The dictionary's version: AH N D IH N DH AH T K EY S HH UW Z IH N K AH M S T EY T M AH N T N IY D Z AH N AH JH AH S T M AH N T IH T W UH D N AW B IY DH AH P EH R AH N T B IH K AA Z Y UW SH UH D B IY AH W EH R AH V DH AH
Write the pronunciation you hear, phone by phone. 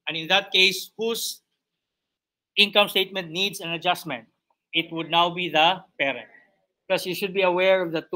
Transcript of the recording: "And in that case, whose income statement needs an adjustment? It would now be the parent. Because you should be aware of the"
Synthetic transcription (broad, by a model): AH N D IH N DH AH T K EY S HH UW S IH N K AH M S T EY T M AH N T N IY D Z AH N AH JH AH S T M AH N T IH T W UH D N AW B IY DH AH P EH R AH N T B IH K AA S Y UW SH UH D B IY AH W EH R AH V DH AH